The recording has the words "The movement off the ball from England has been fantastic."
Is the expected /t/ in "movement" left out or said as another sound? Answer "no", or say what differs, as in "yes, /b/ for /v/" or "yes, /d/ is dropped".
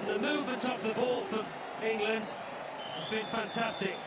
no